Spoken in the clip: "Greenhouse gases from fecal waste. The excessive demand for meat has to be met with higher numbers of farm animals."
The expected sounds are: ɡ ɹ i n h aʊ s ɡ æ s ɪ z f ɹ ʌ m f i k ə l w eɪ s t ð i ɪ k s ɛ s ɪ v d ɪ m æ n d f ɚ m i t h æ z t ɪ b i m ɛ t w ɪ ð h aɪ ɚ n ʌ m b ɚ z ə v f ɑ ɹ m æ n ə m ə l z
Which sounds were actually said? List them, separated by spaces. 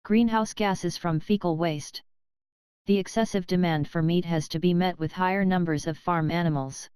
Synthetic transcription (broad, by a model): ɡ ɹ i n h aʊ s ɡ æ s ɪ z f ɹ ʌ m f i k l w eɪ s t ð i ɪ k s ɛ s ɪ v d ɪ m æ n d f ɚ m i t h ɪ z t ɪ b i m ɛ t w ɪ ð h aɪ ɚ n ʌ m b ɚ z ə v f ɑ ɹ m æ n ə m l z